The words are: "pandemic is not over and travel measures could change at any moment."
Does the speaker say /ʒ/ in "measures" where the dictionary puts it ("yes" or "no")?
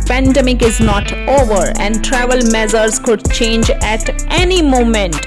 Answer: no